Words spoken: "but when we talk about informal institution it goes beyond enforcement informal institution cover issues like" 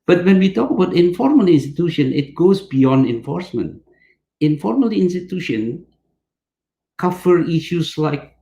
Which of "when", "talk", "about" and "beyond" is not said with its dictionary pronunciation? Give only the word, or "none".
none